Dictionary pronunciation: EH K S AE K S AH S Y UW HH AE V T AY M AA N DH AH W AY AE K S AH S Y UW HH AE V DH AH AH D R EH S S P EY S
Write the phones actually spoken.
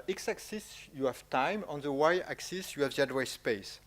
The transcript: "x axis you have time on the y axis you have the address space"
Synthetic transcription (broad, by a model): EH K S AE K S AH S Y UW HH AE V T AY M AA N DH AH W AY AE K S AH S Y UW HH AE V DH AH D W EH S S P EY S